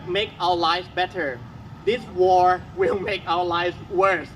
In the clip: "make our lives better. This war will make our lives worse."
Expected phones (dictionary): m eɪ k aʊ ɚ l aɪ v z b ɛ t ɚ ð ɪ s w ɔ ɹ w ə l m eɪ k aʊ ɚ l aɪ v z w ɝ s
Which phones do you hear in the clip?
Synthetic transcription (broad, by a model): m eɪ k aʊ ɚ l aɪ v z b ɛ t ɚ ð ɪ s w ɔ ɹ w ə l m eɪ k aʊ ɚ l aɪ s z w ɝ s